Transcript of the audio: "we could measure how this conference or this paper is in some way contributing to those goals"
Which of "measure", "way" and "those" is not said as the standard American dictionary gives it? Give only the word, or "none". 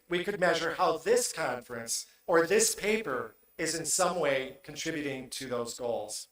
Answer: none